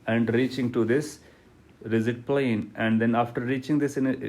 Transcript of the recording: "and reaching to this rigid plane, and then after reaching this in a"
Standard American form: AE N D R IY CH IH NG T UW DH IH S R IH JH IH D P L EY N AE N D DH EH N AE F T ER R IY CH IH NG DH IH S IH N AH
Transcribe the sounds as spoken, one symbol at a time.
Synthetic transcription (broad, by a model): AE N D R IY CH IH NG T UW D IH S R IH Z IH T P L EY N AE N D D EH N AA F T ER R IY CH IH NG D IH S IH N